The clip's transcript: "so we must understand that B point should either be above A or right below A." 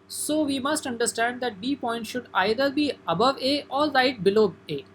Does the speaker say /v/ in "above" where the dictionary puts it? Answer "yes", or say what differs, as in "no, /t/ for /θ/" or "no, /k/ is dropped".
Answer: yes